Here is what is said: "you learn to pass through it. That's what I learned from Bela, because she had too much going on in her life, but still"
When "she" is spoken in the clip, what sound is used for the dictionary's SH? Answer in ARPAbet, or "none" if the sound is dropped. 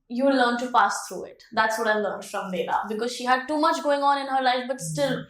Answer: SH